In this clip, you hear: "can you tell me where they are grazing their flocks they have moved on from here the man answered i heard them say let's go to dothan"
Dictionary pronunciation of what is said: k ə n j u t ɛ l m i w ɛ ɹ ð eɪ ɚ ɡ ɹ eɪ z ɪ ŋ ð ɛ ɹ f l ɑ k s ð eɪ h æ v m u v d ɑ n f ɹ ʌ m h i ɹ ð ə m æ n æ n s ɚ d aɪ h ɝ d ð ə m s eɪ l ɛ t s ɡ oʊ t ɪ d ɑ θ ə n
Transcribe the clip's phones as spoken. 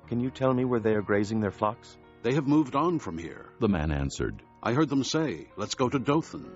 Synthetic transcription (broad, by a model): k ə n j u t ɛ l m i w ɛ ɹ ð eɪ ɚ ɡ ɹ eɪ z ɪ ŋ ð ɛ ɹ f l ɑ k s ð eɪ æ v m u v d n f ɹ ʌ m h i ɹ ð ə m æ n æ n s ɚ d aɪ h ɝ d ð ə m s eɪ l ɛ t s ɡ oʊ t ɪ d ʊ θ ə n